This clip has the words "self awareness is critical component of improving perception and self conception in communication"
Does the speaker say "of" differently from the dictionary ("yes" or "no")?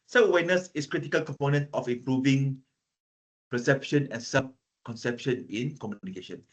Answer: yes